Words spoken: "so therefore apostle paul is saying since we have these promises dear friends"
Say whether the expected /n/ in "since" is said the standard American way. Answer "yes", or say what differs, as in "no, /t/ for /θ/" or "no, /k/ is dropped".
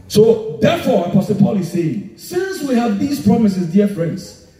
yes